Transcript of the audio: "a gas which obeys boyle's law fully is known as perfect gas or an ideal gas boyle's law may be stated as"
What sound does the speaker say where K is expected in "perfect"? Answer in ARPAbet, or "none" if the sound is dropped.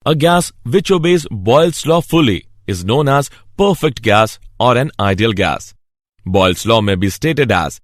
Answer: K